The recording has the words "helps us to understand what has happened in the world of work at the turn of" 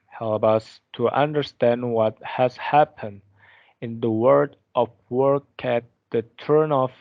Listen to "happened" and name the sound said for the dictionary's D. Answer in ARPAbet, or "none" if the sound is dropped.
D